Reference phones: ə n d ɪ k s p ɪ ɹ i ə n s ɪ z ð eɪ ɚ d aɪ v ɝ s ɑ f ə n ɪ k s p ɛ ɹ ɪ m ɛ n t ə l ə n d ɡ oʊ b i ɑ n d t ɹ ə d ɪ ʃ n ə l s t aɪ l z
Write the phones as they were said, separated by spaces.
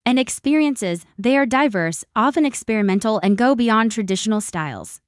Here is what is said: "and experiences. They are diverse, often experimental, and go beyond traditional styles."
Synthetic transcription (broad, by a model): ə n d ɪ k s p ɪ ɹ i ə n s ɪ z ð eɪ ɚ d aɪ v ɝ s ɑ f ə n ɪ k s p ɛ ɹ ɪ m ɛ n t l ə n ɡ oʊ b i ɑ n t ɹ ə d ɪ ʃ n l s t aɪ l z